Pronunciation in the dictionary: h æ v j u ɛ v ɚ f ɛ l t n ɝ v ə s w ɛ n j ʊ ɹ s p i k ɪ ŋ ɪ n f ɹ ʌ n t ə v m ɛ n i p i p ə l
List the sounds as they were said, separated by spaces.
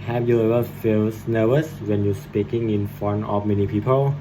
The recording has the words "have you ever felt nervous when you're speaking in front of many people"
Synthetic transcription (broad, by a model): h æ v j u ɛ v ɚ f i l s n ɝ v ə s w ɛ n j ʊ s p i k ɪ ŋ ɪ n f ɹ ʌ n ə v m ɛ n i p i p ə l